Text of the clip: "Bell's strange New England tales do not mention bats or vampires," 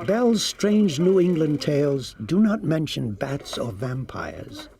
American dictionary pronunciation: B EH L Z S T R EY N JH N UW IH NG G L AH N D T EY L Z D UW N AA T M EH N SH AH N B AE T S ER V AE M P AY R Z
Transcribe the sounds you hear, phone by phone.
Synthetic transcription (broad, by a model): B EH L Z S T R EY N JH N UW IH NG G L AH N T EY L Z D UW N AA T M EH N SH AH N B AE T S ER V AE M P AY R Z